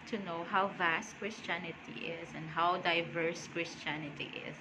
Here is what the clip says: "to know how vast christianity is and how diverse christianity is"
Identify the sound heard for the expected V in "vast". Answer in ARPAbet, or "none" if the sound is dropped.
V